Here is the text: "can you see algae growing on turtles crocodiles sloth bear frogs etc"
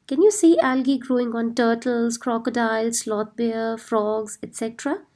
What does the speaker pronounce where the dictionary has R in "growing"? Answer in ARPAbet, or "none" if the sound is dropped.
R